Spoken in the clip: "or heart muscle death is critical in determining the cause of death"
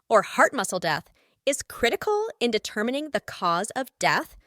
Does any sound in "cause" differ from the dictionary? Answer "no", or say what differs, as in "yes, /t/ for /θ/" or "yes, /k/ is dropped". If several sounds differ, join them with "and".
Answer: no